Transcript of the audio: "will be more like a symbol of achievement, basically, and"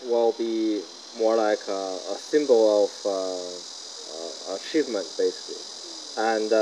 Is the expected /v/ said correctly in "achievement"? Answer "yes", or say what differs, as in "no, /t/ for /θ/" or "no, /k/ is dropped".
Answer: yes